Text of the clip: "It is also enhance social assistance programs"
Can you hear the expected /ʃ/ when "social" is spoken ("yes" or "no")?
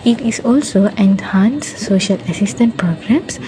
yes